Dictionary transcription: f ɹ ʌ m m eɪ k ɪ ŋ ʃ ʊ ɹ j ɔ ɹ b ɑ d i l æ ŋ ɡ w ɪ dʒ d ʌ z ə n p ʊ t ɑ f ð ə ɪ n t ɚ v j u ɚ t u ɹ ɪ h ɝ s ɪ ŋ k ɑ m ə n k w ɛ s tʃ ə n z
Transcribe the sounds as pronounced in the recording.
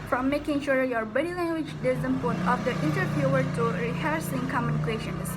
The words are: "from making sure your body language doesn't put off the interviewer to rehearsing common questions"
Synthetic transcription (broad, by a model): f ɹ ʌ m m eɪ k ɪ ŋ ʃ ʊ ɹ j ɔ ɹ b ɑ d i l æ ŋ ɡ w ɪ dʒ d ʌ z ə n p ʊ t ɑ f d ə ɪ n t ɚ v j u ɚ t u ɹ ɪ h ɝ s ɪ ŋ k ɑ m ə n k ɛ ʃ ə n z